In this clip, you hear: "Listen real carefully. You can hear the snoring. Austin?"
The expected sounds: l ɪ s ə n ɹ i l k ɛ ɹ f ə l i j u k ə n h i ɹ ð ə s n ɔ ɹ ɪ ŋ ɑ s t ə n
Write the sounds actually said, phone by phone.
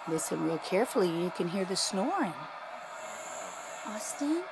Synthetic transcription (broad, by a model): l ɪ s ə n w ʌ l k ɛ ɹ f l i j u k ə n h i ɹ ð ə s n ɔ ɹ ɪ ŋ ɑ s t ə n